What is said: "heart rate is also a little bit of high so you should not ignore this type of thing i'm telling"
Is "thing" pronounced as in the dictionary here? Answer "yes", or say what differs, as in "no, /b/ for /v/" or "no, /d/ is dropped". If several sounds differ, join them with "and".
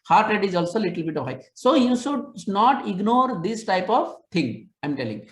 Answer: no, /t/ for /θ/